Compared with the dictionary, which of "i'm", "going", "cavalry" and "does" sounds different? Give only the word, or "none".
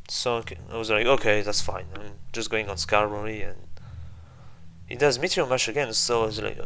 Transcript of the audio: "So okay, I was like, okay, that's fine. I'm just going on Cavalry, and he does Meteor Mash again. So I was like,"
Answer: cavalry